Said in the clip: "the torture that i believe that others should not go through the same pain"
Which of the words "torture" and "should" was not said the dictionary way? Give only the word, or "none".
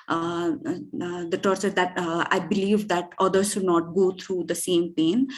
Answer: none